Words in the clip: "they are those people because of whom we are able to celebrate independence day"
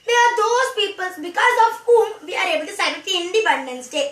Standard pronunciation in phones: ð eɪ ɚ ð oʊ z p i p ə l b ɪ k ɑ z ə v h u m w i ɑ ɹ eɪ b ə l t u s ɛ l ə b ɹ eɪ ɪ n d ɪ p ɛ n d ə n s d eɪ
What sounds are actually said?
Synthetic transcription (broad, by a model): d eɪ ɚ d oʊ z p i p ə l b ɪ k ɑ z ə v h u m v i ɑ ɹ eɪ b ə l t u s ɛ ə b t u ɪ n d ɪ p ɛ n d ə n s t eɪ